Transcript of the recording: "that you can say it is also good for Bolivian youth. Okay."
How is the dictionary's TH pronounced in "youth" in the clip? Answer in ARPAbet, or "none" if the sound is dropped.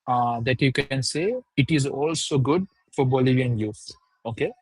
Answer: T